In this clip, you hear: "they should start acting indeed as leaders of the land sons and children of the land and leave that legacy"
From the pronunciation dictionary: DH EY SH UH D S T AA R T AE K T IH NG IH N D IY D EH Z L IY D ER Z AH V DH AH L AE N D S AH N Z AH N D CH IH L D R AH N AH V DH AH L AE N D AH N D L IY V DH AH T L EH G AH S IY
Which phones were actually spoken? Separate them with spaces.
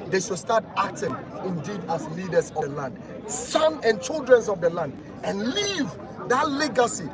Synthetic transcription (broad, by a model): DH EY SH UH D S T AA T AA K T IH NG IH N D IY D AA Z L IY D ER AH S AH L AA N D S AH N AH N CH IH L D R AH N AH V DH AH L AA N D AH N L IY V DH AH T L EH G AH S IY